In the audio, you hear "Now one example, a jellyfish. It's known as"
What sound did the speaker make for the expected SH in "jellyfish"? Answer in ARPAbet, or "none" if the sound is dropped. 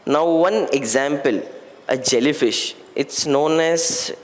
SH